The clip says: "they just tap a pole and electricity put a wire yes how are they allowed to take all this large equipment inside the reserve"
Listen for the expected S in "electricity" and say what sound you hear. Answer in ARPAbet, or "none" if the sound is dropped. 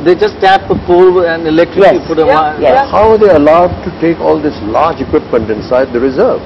none